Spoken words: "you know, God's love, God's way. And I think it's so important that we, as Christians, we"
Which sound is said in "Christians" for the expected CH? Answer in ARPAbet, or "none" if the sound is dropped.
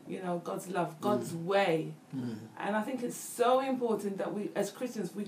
CH